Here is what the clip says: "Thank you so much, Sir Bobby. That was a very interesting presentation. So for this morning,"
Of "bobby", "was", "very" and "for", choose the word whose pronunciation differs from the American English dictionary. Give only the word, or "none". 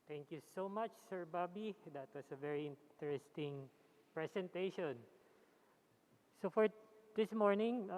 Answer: was